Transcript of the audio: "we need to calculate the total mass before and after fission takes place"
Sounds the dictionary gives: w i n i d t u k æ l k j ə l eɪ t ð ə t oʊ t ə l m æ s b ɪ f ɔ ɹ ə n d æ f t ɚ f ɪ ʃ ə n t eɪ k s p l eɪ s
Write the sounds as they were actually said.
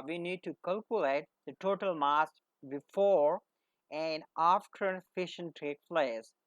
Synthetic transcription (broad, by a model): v i n i d t u k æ l k j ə l eɪ t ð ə t oʊ t ə l m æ s b ɪ f ɔ ɹ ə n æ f t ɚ f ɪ ʃ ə n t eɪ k p l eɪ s